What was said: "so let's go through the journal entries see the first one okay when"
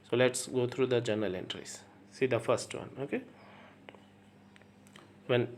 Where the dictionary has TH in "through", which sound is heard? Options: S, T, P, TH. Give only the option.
T